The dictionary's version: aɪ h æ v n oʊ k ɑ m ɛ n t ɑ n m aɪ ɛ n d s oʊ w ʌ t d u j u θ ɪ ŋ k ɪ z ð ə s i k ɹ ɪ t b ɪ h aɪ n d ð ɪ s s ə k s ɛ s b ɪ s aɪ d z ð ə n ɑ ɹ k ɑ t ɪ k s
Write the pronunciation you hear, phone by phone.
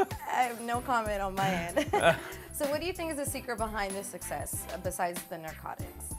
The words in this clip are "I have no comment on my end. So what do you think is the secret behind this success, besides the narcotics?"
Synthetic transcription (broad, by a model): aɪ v n oʊ k ɑ m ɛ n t n m aɪ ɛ n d s oʊ w ʌ t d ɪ j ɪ θ ɪ ŋ k ɪ z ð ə s i k ɹ ɪ t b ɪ h aɪ n ð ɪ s s ə k s ɛ s b ɪ s aɪ d z ð ə n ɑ ɹ k ɑ t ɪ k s